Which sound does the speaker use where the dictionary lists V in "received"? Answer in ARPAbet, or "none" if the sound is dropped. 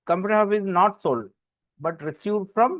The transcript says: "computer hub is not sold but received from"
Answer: F